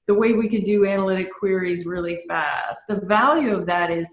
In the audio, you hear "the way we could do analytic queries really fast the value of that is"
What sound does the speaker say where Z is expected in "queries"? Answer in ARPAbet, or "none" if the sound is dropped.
Z